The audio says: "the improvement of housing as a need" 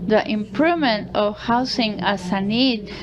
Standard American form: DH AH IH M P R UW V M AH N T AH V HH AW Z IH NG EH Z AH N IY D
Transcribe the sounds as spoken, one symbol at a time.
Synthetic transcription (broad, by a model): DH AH IH M P R UW V M AH N T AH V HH AW S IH NG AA S AH N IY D